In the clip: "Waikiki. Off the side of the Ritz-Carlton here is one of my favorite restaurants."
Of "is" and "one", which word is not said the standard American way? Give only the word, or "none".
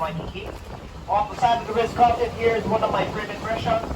none